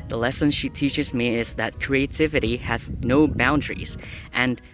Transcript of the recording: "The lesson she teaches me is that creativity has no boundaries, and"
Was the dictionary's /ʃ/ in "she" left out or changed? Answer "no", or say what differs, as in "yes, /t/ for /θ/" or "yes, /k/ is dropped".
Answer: no